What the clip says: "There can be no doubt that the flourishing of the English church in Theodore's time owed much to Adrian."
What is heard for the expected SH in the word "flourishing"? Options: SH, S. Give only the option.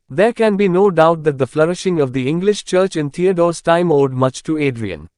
SH